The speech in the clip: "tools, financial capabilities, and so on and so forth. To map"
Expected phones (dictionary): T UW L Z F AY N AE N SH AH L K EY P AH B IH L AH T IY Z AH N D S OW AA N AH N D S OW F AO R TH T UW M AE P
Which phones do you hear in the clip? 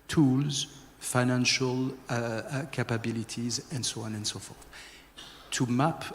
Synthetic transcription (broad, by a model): T UW L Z F AY N AE N SH AH L K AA P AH B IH L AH T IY Z AH N D S OW AA N AH N D S OW F AO R TH T UW M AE P